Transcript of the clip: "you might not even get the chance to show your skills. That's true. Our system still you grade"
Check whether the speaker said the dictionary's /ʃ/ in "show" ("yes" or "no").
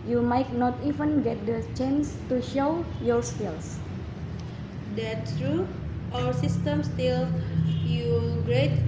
yes